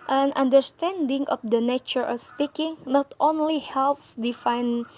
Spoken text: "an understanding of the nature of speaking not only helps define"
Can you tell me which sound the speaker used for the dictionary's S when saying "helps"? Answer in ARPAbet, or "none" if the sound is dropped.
S